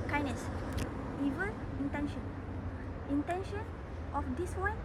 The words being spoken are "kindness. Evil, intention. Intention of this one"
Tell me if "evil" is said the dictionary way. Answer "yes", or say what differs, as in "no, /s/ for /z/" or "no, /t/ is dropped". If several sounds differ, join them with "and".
no, /n/ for /l/